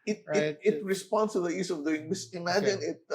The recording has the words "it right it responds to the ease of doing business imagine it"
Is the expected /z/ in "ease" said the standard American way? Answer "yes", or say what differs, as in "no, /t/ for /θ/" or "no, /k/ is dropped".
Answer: no, /s/ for /z/